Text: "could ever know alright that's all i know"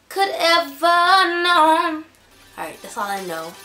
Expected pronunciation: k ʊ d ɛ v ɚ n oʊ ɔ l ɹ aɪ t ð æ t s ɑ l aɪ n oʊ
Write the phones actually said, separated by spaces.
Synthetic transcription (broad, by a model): k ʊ d ɛ v ɚ n oʊ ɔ ɹ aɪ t ð æ t s ɑ l aɪ n oʊ